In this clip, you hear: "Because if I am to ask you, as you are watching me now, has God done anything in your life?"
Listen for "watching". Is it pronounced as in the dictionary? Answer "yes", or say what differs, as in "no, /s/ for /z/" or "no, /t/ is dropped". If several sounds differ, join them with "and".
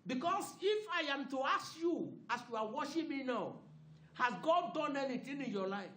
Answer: no, /ʃ/ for /tʃ/